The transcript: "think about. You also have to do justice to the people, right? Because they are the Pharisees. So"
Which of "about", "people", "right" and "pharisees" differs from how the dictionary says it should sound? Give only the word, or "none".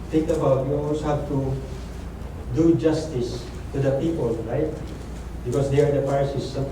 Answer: pharisees